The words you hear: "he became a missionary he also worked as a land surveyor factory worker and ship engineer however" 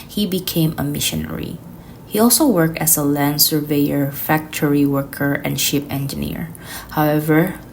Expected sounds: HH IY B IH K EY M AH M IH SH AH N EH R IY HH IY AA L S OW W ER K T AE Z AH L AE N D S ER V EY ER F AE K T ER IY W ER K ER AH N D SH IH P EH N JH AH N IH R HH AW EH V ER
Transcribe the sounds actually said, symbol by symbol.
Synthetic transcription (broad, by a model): HH IY B IH K EY M AH M IH SH AH N EH R IY HH IY AA L S OW W ER K T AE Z AH L AE N D S ER V EY ER F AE K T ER IY W ER K ER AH N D SH IH P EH N JH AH N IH R HH AW EH V ER